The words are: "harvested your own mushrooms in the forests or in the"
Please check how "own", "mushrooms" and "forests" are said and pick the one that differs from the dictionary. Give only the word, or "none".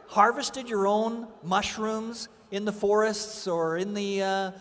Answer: none